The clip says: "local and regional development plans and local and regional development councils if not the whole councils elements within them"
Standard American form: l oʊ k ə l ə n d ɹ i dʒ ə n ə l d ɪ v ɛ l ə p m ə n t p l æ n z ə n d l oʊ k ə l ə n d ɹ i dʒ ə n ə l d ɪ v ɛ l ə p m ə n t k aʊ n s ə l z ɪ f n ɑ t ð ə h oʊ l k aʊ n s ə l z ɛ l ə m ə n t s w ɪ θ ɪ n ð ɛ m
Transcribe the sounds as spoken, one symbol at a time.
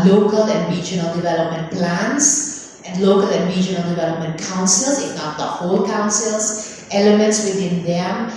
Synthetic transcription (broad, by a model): l oʊ k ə l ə n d ɹ i dʒ ə n ə l d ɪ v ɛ l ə p m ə n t p l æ n s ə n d l oʊ k ə l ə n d ɹ i dʒ ə n ə l d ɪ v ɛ l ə p m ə n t k aʊ n s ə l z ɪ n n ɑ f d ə h oʊ l k aʊ n s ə l s ɛ l ə m ə n t s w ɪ t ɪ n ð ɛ m